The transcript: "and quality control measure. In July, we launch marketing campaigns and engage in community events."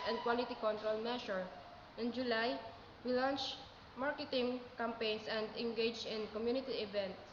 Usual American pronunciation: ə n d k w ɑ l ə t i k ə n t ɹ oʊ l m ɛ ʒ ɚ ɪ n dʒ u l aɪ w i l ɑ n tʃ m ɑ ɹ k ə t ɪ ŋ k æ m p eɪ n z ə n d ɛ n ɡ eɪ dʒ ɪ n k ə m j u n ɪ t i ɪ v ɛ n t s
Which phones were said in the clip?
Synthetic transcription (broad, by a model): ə n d k w ɑ l ə t i k ə n t ɹ oʊ l m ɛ ʃ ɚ ɪ n dʒ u l aɪ w i l ɑ n tʃ m ɑ ɹ k ə t ɪ ŋ k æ m p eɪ n s ə n d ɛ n ɡ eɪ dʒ ɪ n k ə m j u n ɪ t i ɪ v ɛ n t